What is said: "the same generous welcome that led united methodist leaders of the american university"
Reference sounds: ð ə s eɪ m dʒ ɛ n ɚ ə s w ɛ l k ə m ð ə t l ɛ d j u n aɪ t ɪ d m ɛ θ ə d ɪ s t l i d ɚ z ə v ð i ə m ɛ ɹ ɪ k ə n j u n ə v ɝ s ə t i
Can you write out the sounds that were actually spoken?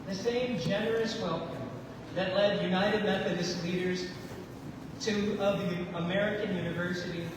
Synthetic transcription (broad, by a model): ð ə s eɪ m dʒ ɛ n ɚ ə s w ɛ l k ə m ð ə t l ɛ d j u n aɪ t ɪ d m ɛ θ ə d ɪ s t l i d ɚ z ə v ð i ə m ɛ ɹ ɪ k ə n j u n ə v ɝ s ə t i